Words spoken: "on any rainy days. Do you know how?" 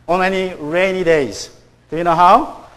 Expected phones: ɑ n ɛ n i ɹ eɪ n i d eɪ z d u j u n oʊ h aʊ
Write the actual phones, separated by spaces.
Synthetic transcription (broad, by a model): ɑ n ɛ n i ɹ eɪ n i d eɪ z d u j u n oʊ h aʊ